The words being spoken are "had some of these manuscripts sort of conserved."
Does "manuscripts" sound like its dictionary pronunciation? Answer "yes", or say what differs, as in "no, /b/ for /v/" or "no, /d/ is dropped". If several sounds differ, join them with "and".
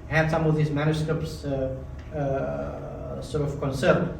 yes